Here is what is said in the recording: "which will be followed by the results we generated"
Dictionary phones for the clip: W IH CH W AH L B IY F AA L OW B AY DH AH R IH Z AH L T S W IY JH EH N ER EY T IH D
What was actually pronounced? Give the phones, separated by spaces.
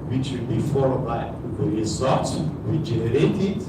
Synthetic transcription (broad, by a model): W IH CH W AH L B IY F AA L OW B AY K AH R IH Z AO T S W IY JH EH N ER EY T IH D